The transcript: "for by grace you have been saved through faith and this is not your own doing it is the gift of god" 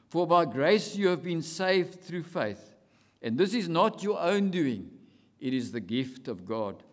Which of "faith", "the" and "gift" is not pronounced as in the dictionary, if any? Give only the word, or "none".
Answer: none